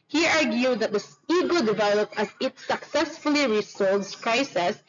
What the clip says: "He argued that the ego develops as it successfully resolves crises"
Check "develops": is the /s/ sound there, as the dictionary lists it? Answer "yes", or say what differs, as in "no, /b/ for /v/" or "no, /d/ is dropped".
no, /s/ is dropped